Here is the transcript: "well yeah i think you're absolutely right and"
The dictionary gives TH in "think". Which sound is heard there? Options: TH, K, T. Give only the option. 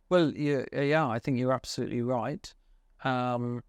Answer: TH